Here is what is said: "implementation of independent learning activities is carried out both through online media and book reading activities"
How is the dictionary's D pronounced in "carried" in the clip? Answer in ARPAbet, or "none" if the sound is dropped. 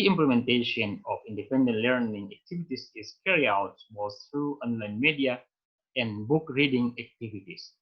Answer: none